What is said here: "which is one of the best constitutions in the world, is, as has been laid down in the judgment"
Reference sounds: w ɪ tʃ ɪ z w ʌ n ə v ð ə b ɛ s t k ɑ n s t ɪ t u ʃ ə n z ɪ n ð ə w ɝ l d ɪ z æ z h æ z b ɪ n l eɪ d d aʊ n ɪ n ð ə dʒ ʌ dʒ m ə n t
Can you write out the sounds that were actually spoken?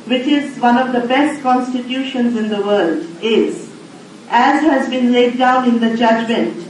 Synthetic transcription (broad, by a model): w ɪ tʃ ɪ z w ʌ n ə v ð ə b ɛ s t k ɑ n s t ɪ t u ʃ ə n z ɪ n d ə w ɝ l d ɪ z æ z h æ z b ɪ n l eɪ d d aʊ n ɪ n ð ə dʒ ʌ dʒ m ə n t